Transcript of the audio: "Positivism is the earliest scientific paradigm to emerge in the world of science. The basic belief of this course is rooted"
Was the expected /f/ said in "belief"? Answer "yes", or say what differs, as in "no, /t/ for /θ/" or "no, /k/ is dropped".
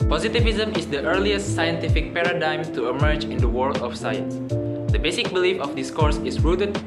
yes